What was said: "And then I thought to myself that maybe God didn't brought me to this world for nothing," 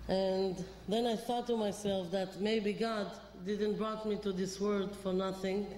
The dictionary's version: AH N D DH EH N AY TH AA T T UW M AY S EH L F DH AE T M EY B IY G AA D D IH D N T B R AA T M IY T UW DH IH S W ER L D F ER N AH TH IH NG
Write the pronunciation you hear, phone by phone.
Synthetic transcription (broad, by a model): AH N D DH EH N AY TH AA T T UW M AY S EH L F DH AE T M EY B IY G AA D D IH D N T B R AA T M IY T UW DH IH S W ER D F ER N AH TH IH NG